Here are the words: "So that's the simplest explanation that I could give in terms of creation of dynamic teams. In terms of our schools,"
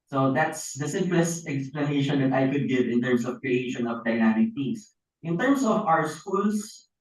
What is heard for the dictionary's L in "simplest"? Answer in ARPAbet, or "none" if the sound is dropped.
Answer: L